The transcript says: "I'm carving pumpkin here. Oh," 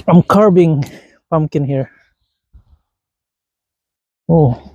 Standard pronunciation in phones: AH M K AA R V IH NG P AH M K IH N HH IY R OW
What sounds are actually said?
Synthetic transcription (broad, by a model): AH M K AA R B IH NG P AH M K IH N HH IY R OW